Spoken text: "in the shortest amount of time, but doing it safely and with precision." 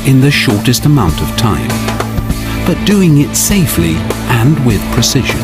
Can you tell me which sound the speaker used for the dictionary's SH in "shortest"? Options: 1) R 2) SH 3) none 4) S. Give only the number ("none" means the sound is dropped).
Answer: 2